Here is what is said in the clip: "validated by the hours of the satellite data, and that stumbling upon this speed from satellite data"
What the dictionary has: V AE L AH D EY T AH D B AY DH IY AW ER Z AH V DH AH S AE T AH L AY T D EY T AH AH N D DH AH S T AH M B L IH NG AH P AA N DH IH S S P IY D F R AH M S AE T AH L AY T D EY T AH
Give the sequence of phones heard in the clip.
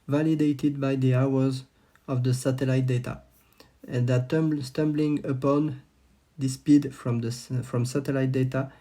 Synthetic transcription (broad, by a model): V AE L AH D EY T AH D B AY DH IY AW ER Z AH V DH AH S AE T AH L AY T D EY T AH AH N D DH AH S T AH M B L IH NG AH P AA N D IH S S P IY D F R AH M S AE T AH L AY T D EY T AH